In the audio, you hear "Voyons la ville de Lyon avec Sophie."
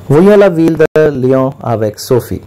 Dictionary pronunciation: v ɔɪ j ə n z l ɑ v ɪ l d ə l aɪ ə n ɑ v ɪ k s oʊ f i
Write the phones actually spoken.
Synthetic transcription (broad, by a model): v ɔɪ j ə l ɑ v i l d ə l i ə ɑ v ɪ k s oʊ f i